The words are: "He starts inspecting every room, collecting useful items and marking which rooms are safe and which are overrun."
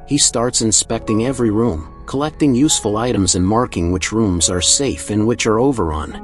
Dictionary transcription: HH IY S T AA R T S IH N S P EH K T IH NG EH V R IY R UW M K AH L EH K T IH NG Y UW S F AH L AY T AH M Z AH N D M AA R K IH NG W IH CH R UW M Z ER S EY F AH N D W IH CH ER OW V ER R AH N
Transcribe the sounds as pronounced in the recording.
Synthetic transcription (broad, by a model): HH IY S T AA R T S IH N S P EH K T IH NG EH V R IY R UW M K AH L EH K T IH NG Y UW S F AH L AY T AH M Z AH N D M AA R K IH NG W IH CH R UW M Z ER S EY F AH N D W IH CH ER OW V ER R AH N